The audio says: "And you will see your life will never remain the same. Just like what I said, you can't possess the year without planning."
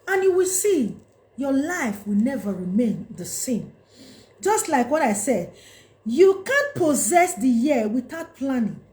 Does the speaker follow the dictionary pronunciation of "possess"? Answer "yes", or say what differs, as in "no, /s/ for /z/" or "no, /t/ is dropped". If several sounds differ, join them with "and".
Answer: yes